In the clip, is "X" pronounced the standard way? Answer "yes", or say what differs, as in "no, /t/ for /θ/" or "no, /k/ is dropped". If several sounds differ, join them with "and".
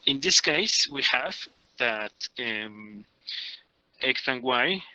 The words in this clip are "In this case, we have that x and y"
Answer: no, /θ/ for /s/